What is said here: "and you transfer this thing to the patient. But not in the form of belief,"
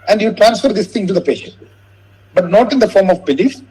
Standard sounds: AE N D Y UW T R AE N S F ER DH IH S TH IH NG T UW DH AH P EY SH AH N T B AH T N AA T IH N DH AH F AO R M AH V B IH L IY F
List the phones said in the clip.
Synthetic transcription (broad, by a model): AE N D Y UW T R AE N S F ER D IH S T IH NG T UW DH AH P EY SH AH N T B AH T N AA T IH N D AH F AO R M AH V B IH L IY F